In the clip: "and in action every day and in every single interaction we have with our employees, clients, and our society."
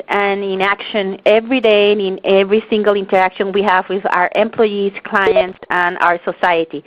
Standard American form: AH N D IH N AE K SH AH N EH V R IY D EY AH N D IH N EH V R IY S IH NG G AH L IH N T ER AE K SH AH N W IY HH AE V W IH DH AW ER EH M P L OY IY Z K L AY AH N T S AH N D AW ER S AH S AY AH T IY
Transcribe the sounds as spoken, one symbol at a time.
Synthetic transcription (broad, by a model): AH N IH N AE K SH AH N EH V R IY D EY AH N IH N EH V R IY S IH NG G AH L IH N T ER AE K SH AH N W IY HH AE V W IH DH AW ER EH M P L OY IY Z K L AY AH N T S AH N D AW ER S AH S AY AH T IY